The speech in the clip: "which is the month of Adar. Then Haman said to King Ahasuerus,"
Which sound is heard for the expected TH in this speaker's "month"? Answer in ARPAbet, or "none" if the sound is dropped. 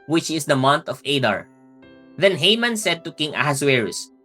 T